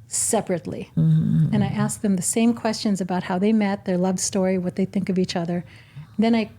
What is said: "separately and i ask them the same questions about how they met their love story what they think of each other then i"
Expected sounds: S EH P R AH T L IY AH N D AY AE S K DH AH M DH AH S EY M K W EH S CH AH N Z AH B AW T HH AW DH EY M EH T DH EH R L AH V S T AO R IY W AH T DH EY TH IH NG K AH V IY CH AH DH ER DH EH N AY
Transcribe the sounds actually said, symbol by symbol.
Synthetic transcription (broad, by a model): S EH P R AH T L IY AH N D AY AE S K DH AH M DH AH S EY M K W EH S CH AH N Z AH B AW T HH AW DH EY M EH T DH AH R L AH V S T AO R IY W AH T DH EY TH IH NG K AH V IY CH AH DH ER DH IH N AY